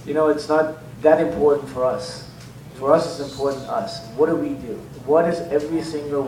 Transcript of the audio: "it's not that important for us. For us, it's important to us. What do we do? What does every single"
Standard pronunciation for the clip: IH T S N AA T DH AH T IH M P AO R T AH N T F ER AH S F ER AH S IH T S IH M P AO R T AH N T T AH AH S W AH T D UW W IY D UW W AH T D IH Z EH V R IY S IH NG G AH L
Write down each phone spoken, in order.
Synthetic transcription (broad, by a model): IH T S N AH T DH AH T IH M P AO R T N T F ER AH S F ER AH S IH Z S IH M P AO R T N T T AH AH S W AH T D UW W IY D UW W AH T D IH Z EH V R IY S IH NG G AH L